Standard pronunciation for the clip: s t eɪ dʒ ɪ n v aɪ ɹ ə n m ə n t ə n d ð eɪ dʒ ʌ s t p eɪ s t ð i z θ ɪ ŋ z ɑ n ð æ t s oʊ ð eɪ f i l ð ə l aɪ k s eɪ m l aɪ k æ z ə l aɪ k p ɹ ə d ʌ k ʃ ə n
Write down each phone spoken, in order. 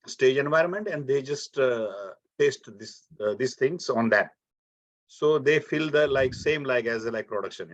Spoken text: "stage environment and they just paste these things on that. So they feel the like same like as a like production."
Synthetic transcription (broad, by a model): s t eɪ dʒ ɪ n v aɪ ɹ ə n m ə n t ə n d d eɪ dʒ ʌ s t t eɪ s t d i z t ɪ ŋ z ɑ n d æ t s oʊ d eɪ f i l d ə l aɪ k s eɪ m l aɪ k æ z ə l aɪ k p ɹ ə d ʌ k ʃ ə n